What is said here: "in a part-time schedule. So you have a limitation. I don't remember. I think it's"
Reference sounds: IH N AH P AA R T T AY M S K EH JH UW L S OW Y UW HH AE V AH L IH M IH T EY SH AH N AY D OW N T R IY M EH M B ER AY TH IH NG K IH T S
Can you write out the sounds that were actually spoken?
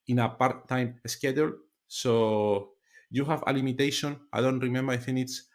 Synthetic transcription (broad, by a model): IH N AH P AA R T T AY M S K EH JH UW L S OW Y UW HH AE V AH L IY M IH T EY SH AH N AY D OW N T R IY M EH M B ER AY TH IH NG IH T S